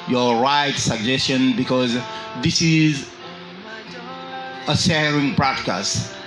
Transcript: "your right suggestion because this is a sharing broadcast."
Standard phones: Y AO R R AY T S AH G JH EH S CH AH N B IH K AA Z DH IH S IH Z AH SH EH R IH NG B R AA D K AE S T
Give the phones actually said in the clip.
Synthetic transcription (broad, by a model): Y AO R R AY T S AH G JH EH S CH AH N B IH K AA Z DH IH S IH Z AH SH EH R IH NG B R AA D K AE S T